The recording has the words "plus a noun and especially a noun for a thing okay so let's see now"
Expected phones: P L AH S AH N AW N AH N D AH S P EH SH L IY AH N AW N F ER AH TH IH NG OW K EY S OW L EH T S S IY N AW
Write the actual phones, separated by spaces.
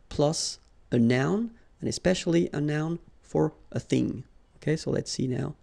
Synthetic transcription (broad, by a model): P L AH S AH N AW N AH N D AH S P EH SH L IY AH N AW N F ER AH TH IH NG OW K EY S OW L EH T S S IY N AW